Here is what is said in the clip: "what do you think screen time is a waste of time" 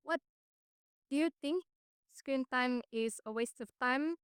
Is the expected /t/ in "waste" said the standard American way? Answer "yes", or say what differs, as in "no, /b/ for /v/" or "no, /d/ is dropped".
yes